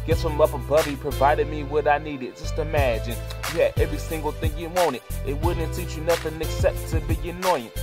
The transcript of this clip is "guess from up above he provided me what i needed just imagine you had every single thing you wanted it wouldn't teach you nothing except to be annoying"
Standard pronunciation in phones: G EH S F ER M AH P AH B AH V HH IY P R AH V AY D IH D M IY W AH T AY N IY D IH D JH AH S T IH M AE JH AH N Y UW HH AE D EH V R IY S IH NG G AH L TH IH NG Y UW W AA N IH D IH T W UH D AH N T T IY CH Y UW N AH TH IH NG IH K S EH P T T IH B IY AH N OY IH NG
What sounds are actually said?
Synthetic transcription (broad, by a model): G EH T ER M AH P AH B AH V IY P R AH V AY D IH D M IY W AH T AY N IY D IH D JH AH S T IH M AE JH AH N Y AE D EH V R IY S IH NG G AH L TH IH NG Y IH W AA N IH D IH T W UH D N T T IY CH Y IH N AH TH IH NG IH K S EH P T T IH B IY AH N OY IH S